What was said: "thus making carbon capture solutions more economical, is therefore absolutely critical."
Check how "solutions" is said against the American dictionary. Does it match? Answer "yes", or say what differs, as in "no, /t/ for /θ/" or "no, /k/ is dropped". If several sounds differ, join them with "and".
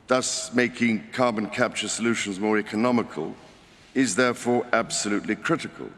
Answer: yes